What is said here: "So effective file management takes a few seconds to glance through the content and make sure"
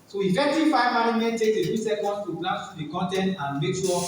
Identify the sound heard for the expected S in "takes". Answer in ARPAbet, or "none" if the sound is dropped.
none